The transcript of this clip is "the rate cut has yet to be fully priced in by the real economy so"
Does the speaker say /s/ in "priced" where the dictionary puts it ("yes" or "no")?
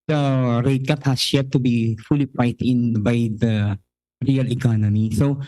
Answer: no